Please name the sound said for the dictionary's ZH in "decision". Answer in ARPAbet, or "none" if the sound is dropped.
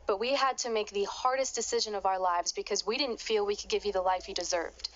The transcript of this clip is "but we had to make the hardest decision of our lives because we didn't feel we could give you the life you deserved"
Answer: ZH